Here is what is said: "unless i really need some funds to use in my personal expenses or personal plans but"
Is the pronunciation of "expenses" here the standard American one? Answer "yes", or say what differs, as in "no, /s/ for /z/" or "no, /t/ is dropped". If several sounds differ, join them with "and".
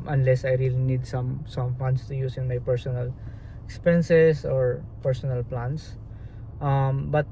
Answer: no, /s/ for /z/